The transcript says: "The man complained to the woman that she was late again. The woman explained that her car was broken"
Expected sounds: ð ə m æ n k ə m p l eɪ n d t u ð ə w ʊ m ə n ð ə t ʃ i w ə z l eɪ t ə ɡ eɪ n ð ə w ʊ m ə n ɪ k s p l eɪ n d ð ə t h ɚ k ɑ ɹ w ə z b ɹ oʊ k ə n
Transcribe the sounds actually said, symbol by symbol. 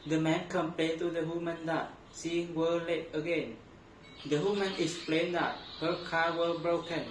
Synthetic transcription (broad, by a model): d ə m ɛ n k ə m p l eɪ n t u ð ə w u m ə n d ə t s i w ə l eɪ t ə ɡ eɪ n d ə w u m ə n ɪ k s p l eɪ n d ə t h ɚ k ɑ w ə b ɹ oʊ k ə n